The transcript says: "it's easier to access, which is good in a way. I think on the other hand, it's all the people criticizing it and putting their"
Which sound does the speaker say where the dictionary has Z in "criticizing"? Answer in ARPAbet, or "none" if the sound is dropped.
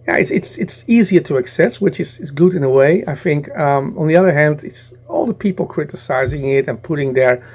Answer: Z